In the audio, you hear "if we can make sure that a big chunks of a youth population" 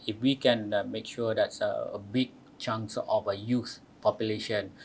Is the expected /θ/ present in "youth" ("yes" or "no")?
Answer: no